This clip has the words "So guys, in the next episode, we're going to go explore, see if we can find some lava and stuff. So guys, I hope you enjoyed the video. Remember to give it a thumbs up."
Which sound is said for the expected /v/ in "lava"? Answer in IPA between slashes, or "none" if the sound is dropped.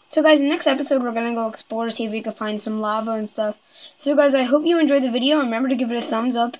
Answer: /v/